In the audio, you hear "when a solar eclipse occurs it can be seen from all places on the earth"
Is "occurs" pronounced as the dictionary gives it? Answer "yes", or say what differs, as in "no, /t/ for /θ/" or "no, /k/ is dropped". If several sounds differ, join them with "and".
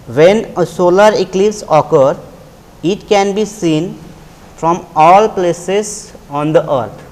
no, /z/ is dropped